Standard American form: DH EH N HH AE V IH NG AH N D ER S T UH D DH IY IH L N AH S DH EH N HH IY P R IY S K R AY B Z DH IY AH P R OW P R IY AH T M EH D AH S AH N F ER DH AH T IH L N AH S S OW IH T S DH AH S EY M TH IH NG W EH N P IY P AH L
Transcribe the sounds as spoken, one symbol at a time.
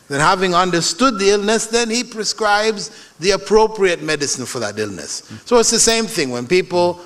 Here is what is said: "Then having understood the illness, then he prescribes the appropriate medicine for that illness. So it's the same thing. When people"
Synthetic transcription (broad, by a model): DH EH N HH AE V IH NG AH N D ER S T UH D DH IY IH L N AH S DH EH N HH IY P R IY S K R AY B Z DH IY AH P R OW P R IY AH T M EH D AH S AH N F ER DH AH T IH L N AH S S OW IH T S DH AH S EY M TH IH NG W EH N P IY P L